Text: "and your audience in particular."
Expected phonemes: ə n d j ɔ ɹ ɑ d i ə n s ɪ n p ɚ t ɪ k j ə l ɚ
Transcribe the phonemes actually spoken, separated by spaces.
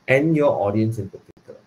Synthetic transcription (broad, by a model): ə n j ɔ ɑ d i ə n s ɪ n p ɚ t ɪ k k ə l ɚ